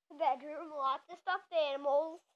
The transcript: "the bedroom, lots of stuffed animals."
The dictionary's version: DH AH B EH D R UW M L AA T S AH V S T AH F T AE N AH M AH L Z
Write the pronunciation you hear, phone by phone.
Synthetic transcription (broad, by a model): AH B EH D R UW M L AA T AH S T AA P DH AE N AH M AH L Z